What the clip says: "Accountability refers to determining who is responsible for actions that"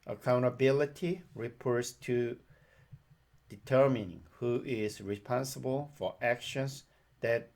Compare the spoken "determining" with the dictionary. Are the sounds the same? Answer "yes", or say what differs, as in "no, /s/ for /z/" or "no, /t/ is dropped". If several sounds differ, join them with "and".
yes